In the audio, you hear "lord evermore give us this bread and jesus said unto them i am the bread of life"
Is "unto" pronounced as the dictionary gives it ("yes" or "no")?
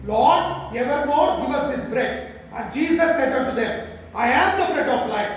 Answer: no